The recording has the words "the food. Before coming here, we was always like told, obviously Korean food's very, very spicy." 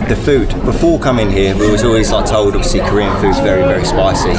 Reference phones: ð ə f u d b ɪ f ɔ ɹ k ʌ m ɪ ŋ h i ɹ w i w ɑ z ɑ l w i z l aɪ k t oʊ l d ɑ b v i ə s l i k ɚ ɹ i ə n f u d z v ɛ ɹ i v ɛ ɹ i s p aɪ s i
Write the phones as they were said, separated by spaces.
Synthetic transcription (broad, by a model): ð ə f u d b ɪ f ɔ k ʌ m ɪ ŋ h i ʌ w i w ɑ z ɑ l w i z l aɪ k t oʊ l d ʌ v s i k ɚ ɹ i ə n f u d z v ɛ ɹ i v ɛ ɹ i s p aɪ s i